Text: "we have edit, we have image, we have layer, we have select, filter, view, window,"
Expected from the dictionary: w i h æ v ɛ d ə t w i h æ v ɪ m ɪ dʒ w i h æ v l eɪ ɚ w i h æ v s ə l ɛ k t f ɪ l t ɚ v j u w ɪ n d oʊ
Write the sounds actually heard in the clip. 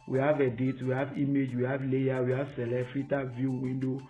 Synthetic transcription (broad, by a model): w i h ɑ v ɛ d ə t w i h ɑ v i m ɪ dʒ w i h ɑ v l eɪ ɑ w i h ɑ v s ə l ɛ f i t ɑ v j u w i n d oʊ